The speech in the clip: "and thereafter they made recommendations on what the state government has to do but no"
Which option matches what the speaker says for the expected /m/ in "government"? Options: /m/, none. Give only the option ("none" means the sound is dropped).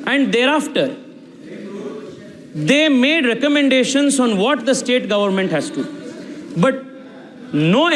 /m/